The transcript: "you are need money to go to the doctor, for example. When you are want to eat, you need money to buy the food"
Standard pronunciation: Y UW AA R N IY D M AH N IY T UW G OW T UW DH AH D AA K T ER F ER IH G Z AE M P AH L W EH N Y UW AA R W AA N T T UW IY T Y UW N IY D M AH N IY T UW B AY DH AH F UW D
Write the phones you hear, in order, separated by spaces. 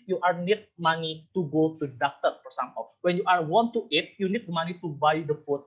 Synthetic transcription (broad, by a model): Y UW AA R N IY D M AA N IY T UW G OW T UW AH D AA K T ER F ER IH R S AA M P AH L W EH N Y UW AA R W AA N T T UW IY T Y UW N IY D M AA N IY T UW B AY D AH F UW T